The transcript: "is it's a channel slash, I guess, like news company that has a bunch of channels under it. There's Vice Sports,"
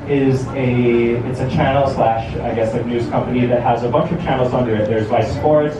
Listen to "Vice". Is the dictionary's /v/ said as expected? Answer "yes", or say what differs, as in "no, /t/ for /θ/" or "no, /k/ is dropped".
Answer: no, /b/ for /v/